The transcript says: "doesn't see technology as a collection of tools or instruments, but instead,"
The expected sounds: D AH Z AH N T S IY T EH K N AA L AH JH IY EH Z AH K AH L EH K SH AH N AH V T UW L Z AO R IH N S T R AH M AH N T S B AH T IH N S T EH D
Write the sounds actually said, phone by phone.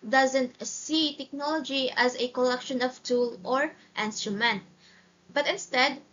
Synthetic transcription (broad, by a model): D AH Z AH N T S IY T EH K N AA L AH JH IY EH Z AH K AH L EH K SH AH N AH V T UW L AO R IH N S T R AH M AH N T B AH T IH N S T EH D